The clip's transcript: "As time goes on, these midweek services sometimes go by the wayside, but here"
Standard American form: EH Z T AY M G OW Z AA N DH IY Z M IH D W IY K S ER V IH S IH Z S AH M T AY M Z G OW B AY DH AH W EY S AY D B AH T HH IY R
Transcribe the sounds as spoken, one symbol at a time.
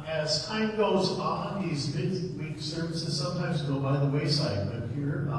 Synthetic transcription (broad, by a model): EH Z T AY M G OW Z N DH IY Z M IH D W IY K S ER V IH S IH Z S AH M T AY M Z G OW B AY DH AH W EY S AY D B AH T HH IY R